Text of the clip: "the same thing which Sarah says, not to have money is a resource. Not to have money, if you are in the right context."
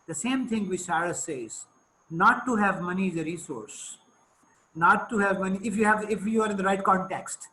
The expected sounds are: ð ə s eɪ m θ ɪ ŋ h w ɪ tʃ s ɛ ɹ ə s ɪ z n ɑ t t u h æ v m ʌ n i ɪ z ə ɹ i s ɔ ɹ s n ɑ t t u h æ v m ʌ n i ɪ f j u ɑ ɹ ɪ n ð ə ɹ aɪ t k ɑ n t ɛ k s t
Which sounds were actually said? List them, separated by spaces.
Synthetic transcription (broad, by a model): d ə s eɪ m t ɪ ŋ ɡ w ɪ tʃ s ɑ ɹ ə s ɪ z n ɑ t t u h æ v m ʌ n i ɪ z ə ɹ i s ɔ ɹ s n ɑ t t u h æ v m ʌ n i ɪ f j u ɑ ɹ ɪ n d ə ɹ aɪ t k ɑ n t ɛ k s t